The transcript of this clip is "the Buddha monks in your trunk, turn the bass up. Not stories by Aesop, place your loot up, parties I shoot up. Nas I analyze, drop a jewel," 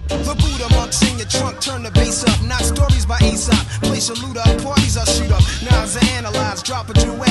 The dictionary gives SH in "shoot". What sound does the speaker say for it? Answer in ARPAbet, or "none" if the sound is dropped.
S